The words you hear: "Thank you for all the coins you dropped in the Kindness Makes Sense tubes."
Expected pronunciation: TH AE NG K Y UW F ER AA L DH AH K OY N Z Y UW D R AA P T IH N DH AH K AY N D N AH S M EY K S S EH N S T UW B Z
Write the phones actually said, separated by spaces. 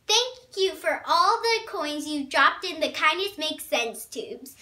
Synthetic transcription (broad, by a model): TH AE NG K Y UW F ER AA L DH AH K OY N Z Y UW D R AA P T IH N DH AH K AY N D AH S M EY K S S EH N S T UW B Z